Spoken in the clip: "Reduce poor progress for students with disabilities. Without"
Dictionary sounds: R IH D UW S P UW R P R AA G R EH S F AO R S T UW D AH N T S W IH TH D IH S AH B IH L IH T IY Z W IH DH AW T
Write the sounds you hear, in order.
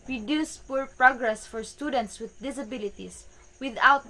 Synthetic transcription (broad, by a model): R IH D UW S P UW R P R AA G R EH S F AO R S T UW D AH N T S W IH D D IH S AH B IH L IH T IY S W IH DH AW T